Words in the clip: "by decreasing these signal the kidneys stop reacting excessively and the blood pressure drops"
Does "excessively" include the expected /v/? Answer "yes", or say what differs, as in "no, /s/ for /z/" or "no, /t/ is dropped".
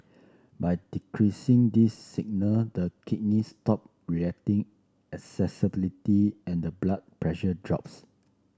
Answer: no, /b/ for /v/